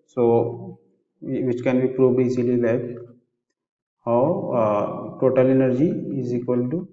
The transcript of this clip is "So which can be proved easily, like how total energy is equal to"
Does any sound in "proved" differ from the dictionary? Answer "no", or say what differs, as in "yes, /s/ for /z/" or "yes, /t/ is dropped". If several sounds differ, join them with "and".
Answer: yes, /d/ is dropped